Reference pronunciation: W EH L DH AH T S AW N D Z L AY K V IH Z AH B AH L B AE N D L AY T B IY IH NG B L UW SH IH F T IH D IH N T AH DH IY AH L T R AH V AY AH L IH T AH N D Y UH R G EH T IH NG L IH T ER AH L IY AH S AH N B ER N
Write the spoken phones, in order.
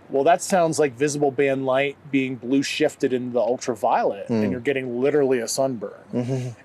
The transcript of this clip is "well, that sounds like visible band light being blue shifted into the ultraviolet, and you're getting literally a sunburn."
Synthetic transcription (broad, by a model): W EH L DH AH T S AW N D Z L AY K V IH Z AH B L B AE N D L AY T B IY IH NG B L UW SH IH F T IH D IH N DH IY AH L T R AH V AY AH L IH T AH N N Y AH R G EH T IH NG L IH T ER L IY AH S AH N B ER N